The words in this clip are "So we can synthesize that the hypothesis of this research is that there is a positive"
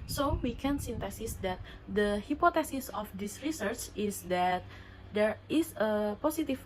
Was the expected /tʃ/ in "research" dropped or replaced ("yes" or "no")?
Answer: no